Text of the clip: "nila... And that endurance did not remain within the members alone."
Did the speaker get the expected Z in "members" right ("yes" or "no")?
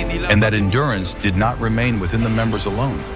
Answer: yes